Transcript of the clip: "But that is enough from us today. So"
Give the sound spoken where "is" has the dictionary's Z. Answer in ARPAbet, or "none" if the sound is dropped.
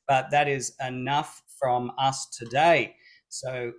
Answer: Z